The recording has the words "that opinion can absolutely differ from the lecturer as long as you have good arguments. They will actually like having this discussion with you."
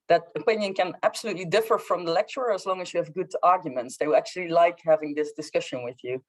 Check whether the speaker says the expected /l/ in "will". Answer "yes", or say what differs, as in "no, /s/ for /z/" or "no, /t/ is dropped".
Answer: no, /w/ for /l/